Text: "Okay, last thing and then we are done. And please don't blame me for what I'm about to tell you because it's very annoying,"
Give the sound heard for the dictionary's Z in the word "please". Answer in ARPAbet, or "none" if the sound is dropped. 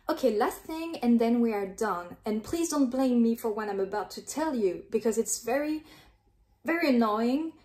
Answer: Z